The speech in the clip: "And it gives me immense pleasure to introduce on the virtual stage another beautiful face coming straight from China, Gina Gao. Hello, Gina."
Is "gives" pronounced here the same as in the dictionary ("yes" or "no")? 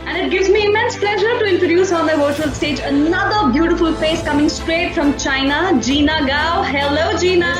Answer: yes